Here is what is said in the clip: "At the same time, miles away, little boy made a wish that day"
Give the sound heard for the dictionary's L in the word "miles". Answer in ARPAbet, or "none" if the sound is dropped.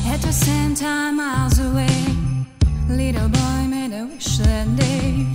W